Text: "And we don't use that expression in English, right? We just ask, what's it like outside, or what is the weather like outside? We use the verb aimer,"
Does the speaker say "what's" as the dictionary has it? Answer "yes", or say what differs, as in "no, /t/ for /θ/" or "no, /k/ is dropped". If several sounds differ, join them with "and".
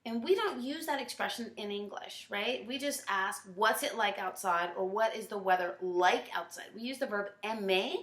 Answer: yes